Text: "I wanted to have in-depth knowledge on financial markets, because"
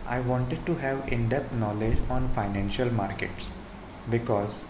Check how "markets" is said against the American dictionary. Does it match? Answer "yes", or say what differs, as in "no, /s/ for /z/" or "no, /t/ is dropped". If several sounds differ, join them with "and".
yes